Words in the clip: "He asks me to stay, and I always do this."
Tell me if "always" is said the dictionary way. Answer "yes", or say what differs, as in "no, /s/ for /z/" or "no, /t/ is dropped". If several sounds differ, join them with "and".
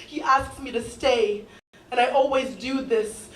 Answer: yes